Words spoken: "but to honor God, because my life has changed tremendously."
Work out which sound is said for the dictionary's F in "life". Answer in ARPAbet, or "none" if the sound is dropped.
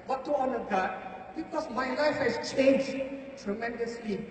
F